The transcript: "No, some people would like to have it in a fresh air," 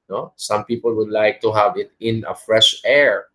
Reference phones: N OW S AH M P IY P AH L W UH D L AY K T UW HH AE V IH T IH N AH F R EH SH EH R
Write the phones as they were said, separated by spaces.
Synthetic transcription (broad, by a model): N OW S AH M P IY P AH L W UH D L AY K T UW HH AE V IH T IH N AH F R EH SH EH R